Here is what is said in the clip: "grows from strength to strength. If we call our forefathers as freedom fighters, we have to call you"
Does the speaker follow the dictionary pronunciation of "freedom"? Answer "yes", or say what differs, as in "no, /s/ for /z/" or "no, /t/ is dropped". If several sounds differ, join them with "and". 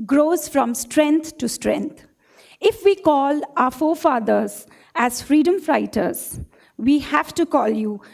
yes